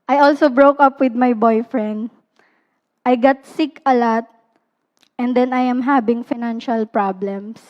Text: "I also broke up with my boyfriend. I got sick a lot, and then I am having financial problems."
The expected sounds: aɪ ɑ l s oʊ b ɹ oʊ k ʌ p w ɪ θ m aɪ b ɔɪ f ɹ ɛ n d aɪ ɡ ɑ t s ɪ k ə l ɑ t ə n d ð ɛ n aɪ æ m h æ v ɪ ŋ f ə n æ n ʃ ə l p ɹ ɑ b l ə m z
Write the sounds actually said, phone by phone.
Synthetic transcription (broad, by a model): aɪ ɑ l s oʊ b ɹ oʊ k ʌ p w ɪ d m aɪ b ɔɪ f ɹ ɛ n d aɪ ɡ ɑ t s ɪ k ə l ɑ t ə n d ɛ n aɪ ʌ m h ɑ b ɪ ŋ f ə n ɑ n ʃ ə l p ɹ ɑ b l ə m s